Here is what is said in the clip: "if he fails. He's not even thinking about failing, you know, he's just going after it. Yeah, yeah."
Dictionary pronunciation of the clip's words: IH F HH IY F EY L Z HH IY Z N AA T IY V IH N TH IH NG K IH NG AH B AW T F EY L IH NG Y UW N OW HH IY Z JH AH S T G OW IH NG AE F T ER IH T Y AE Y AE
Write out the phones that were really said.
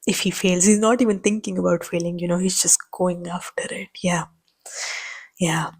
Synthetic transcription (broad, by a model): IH F HH IY F EY L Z HH IY Z N AA T IY V IH N T IH NG K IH NG AH B AW T F EY L IH NG Y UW N OW HH IY Z JH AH S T G OW IH NG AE F T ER IH T Y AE Y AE